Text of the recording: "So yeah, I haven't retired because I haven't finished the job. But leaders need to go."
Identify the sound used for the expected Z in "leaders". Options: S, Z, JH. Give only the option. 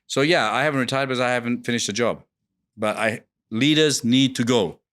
Z